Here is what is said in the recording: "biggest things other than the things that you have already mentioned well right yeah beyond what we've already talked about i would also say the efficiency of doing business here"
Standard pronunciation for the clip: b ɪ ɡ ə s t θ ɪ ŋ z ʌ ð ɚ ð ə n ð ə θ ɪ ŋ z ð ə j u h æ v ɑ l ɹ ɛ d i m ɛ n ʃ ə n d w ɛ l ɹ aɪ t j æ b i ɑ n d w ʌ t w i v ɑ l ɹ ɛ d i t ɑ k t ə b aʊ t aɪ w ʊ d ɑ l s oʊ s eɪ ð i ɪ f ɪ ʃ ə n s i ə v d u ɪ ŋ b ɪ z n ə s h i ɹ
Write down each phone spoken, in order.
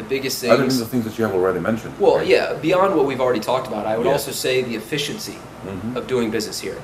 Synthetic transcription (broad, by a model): b ɪ ɡ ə s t θ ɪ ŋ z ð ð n ð ə θ ɪ ŋ z ð ə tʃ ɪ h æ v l ɹ ɛ d i m ɛ n ʃ ə n d w ɛ l j æ b i ɑ n d w ʌ t w i v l ɹ ɛ d i t ɑ k t ə b aʊ t aɪ w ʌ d ɑ l s oʊ s eɪ ð i ɪ f ɪ ʃ ə n s i ə v d u ɪ ŋ b ɪ z n ə s h i ɹ